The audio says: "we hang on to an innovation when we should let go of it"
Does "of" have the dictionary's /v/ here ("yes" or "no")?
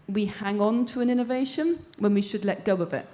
no